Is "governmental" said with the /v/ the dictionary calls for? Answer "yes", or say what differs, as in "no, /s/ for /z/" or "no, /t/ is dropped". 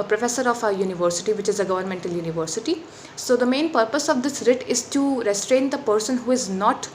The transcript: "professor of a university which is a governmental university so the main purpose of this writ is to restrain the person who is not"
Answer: yes